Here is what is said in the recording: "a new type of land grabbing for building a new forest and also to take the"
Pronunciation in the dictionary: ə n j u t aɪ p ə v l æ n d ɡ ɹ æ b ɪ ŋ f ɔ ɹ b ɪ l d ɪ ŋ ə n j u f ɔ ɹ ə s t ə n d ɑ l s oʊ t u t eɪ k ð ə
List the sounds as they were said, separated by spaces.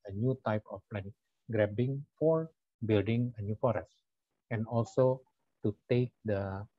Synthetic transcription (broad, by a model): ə n j u t aɪ p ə p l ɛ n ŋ ɡ ɹ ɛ b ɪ ŋ f ɔ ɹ b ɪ l d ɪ ŋ ə n j u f ɔ ɹ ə s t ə n ɑ l s oʊ t u t eɪ k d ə